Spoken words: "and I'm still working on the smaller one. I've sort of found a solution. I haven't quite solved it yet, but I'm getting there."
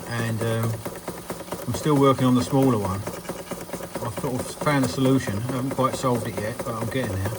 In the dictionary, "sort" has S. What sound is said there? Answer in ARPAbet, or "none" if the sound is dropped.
TH